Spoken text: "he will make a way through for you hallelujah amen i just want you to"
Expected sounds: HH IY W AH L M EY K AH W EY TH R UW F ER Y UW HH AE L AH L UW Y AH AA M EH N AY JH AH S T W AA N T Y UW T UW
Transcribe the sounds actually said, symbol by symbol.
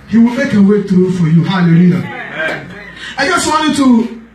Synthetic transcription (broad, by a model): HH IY W AH L M EY K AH W EY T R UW F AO Y UW HH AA L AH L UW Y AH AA IH JH AH S T W AA N T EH T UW